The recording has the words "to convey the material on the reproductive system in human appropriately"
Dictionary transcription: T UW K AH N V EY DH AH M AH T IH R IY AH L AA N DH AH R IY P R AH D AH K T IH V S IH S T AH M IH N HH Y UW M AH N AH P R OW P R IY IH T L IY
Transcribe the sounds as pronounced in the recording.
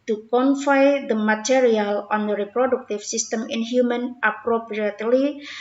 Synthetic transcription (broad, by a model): T UW K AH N F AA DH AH M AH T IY R IY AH L AA N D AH R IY P R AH D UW K T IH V S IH S T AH M IH N HH Y UW M AH N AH P R OW P R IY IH T L IY